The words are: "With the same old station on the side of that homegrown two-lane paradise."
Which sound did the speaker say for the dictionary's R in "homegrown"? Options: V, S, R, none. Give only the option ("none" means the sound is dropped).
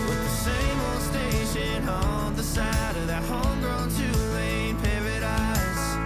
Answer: R